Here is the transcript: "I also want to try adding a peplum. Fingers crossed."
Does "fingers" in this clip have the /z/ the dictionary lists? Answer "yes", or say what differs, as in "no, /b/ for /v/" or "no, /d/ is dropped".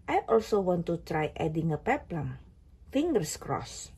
no, /s/ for /z/